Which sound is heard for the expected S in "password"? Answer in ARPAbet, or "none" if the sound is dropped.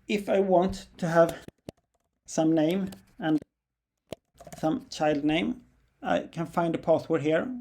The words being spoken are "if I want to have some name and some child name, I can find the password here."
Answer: TH